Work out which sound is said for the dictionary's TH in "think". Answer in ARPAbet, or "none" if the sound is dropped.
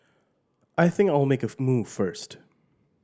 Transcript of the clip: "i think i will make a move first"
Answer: TH